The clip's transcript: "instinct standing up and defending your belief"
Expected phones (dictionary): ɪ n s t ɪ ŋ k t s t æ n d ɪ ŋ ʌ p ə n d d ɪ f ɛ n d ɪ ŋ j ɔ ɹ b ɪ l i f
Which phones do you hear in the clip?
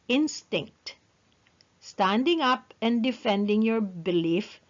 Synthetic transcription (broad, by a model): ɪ n s t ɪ ŋ k t s t æ n d ɪ ŋ ʌ p ə n d d ɪ f ɛ n d ɪ ŋ j ɔ ɹ b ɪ l i f